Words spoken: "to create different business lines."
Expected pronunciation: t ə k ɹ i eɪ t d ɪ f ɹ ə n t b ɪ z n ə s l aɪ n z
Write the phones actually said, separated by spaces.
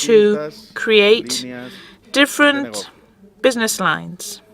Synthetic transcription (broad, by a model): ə k ɹ i eɪ t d ɪ f ɹ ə n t b ɪ z n ə s l aɪ n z